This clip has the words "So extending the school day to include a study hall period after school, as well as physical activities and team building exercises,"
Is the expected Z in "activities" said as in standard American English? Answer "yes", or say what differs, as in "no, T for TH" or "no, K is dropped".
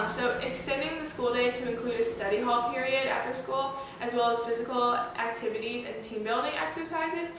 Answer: yes